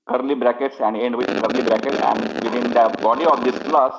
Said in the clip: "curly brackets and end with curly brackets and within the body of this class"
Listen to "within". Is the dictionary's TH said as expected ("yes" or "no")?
no